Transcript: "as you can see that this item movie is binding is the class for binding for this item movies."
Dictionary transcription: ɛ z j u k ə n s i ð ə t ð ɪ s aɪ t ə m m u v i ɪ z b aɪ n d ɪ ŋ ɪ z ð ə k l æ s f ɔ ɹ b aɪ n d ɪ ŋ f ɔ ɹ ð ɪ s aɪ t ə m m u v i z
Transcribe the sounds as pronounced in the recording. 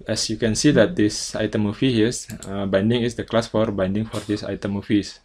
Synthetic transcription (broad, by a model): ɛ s j u k ə n s i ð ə t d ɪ s aɪ t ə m m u f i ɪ s b aɪ n d ɪ ŋ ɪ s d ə k l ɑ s f ɔ ɹ b aɪ n d ɪ ŋ f ɔ ɹ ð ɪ s aɪ t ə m m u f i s